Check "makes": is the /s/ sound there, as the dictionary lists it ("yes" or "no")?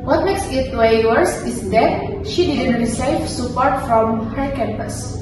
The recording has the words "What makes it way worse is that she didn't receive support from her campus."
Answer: yes